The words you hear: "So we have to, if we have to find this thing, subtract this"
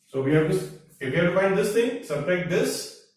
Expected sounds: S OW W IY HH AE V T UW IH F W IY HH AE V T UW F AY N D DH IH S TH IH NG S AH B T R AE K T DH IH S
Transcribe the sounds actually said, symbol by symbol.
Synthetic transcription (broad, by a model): S OW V IY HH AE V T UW IH F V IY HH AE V T UW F AY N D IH S T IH NG S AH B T EH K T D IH S